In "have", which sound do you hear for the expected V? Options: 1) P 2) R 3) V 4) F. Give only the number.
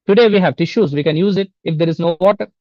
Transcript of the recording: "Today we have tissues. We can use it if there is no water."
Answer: 3